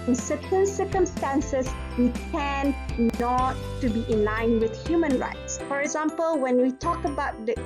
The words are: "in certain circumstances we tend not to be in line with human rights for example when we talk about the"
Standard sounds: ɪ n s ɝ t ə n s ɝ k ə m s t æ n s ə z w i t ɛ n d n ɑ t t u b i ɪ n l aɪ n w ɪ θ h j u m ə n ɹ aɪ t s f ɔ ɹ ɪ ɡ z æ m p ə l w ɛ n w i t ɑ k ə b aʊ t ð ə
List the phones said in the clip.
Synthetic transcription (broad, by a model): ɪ n s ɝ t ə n s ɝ k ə m s t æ n s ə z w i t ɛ n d n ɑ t t u b i ɪ n l aɪ n w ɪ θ h j u m ə n ɹ aɪ t s f ɔ ɹ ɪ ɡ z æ m p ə l w ɛ n w i t ɑ k ə b aʊ t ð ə